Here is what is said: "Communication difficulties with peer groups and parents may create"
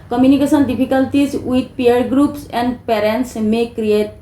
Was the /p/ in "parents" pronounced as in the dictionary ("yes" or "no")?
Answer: yes